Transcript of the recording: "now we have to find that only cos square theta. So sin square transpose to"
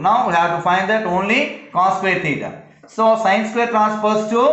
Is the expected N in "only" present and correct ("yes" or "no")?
yes